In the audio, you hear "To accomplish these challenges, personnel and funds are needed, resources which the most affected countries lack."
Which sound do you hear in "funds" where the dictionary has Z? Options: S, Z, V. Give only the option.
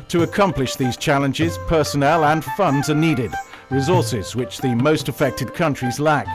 Z